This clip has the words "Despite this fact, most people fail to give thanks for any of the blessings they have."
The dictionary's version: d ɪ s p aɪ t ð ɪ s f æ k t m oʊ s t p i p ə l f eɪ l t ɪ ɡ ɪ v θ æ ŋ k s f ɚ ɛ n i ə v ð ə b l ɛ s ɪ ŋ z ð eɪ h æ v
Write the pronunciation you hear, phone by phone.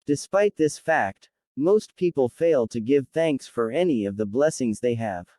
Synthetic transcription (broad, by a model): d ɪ s p aɪ t ð ɪ s f æ k t m oʊ s t p i p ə l f eɪ l t ɪ ɡ ɪ v θ æ ŋ k s f ɚ ɛ n i ə v ð ə b l ɛ s ɪ ŋ z ð eɪ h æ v